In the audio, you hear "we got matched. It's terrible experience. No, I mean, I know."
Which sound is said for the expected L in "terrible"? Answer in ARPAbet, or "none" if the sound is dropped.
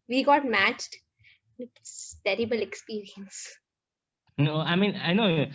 L